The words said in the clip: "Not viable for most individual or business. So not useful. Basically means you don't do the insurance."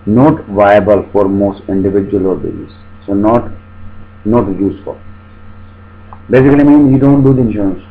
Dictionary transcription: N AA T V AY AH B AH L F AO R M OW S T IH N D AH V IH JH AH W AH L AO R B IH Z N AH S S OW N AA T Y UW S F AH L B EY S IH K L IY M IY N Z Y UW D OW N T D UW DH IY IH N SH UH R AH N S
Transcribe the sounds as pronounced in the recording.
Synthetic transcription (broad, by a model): N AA T V AY AH B AH L F AO R M OW S T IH N D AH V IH JH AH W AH L AO R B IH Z AH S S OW N AA T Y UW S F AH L B EY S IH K L IY M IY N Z Y UW D OW N T D UW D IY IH N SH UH R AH N S